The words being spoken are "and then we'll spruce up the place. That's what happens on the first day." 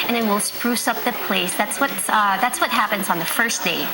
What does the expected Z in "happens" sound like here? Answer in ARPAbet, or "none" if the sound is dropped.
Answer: Z